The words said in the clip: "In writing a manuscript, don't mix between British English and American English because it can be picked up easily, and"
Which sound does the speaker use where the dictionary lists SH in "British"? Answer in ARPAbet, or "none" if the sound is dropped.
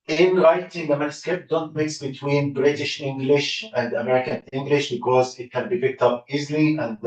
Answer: SH